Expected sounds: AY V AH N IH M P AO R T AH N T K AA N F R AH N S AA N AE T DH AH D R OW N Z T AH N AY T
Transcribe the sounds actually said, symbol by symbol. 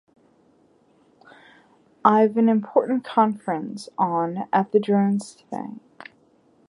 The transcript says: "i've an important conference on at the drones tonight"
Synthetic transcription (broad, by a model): AY V AH N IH M P AO R T N K AA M F R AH N S N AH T DH AH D R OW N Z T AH IH